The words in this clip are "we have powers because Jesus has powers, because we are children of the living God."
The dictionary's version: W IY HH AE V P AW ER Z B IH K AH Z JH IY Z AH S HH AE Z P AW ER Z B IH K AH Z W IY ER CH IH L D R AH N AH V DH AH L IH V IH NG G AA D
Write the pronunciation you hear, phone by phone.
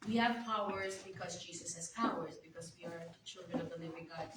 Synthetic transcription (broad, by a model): W IY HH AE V P AW ER Z B IH K AH Z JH IY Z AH S HH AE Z P AW ER Z B IH K AH Z W IY ER CH IH L D R AH N AH V DH AH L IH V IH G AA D